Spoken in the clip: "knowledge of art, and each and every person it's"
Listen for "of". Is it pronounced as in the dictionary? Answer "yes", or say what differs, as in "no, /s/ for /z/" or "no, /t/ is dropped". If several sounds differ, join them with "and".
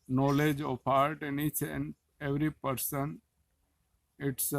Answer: no, /p/ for /v/